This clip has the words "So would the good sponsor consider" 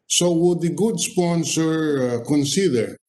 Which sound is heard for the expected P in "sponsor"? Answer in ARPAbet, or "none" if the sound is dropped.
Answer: P